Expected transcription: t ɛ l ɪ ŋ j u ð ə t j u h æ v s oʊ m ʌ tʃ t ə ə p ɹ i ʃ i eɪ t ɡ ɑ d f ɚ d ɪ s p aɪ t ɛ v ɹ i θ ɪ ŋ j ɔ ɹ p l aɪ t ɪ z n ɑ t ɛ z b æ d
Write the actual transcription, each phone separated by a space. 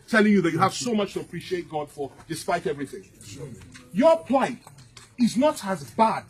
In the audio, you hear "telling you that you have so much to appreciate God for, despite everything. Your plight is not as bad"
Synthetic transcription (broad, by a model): t ɛ l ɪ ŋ j u ð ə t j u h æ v s oʊ m ʌ tʃ t ə ə p ɹ i ʃ i eɪ t ɡ ɑ d f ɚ d ɪ s p aɪ t ɛ v ɹ i θ ɪ ŋ j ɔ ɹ p l aɪ t ɪ z n ɑ t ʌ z b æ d